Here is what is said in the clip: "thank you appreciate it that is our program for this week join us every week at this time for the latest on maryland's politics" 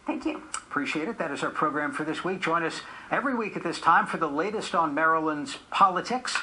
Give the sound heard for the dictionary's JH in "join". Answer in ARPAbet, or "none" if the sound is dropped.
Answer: ZH